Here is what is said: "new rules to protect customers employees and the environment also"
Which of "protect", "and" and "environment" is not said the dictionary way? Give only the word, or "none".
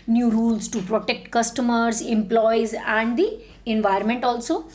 environment